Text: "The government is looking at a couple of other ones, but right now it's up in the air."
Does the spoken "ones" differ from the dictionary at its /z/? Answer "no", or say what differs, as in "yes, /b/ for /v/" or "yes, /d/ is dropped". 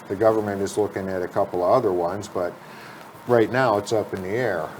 no